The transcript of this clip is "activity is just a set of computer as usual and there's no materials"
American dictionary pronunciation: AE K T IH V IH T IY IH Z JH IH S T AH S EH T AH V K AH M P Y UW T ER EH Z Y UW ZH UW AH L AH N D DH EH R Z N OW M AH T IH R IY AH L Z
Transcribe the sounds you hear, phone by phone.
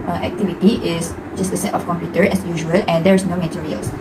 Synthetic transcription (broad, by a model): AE K T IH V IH T IY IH S JH IH S T AH S EH T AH F K AH M P Y UW T ER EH S Y UW ZH UW AH L AH N D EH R S N OW M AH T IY R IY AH L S